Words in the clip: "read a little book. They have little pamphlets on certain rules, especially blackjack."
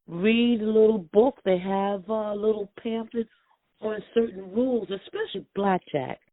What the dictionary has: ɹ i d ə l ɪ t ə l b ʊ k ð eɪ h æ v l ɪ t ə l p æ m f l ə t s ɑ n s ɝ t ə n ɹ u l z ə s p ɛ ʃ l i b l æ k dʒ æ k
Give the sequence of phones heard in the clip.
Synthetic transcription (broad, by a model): ɹ i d ə l ɪ t l b ʊ k ð eɪ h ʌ v l ɪ t l p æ m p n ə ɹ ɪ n s ɝ t n ɹ u l z ə s p ɛ ʃ l i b l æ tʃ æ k